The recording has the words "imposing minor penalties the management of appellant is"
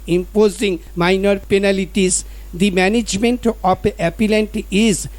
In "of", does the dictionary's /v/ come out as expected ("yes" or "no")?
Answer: no